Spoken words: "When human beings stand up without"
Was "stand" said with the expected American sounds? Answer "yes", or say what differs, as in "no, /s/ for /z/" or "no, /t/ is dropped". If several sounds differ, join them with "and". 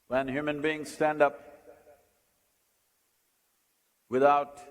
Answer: yes